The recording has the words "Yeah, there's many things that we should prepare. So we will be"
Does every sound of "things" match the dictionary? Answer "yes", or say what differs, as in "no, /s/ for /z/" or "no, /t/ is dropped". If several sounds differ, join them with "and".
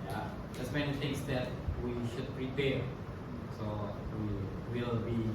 no, /t/ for /θ/